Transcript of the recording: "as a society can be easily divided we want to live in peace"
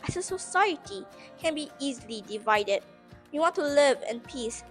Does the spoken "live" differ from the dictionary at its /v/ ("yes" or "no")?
no